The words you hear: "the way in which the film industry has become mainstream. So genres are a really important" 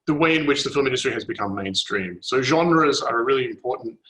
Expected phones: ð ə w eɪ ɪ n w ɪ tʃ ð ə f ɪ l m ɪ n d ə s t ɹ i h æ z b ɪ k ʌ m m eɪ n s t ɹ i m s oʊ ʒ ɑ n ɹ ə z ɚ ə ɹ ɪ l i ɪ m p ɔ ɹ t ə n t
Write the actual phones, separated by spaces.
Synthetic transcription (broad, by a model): ð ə w eɪ ɪ n w ɪ tʃ ð ə f ɪ l m ɪ n d ə s t ɹ i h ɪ z b ɪ k ʌ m m eɪ n s t ɹ i m s oʊ ʒ ɑ n ɹ ə z ɚ ə ɹ ɪ l i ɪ m p ɔ ɹ t n t